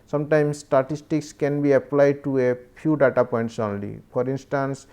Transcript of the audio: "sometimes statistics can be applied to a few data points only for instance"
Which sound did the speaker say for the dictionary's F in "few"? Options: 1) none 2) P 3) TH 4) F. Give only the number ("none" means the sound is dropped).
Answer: 2